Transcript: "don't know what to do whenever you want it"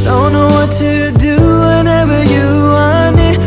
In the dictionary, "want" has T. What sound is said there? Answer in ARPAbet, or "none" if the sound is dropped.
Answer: none